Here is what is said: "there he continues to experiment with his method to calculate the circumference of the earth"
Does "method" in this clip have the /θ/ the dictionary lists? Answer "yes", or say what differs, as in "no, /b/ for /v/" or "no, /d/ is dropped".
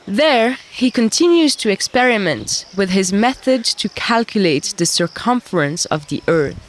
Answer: yes